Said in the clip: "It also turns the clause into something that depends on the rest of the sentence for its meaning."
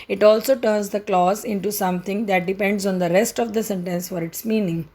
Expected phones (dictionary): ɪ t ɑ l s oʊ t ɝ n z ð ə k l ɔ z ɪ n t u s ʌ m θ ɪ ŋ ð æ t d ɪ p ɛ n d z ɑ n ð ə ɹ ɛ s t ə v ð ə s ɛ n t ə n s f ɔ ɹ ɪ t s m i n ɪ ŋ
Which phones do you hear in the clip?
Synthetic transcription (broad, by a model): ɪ t ɑ l s oʊ t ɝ n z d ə k l ɔ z ɪ n t u s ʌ m t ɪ ŋ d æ t d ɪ p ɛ n d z ɑ n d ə ɹ ɛ s t ə v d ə s ɛ n t ə n s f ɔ ɹ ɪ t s m i n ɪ ŋ